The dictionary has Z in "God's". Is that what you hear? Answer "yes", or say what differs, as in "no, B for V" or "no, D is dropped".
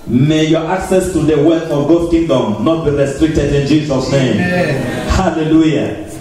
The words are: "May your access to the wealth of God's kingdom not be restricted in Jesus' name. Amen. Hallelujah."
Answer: no, Z is dropped